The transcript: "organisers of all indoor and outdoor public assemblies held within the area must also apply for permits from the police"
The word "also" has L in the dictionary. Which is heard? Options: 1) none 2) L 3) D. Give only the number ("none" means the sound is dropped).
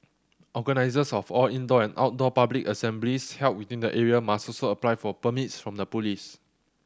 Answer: 1